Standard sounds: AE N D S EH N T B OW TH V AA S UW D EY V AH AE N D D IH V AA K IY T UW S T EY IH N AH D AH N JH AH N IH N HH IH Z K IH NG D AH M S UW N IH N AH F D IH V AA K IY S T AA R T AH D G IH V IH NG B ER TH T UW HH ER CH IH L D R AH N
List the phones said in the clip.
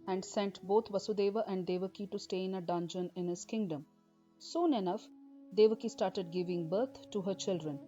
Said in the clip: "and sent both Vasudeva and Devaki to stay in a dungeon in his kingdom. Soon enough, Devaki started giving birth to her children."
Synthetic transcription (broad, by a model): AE N D S EH N T B OW T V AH S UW D EY V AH AE N D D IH V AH K IY T UW S T EY IH N AH D AH N JH AH N IH N HH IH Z K IH NG D AH M S UW N IH N AH F D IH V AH K IY S T AA R T AH D G IH V IH NG B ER T T UW HH ER CH IH L D R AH N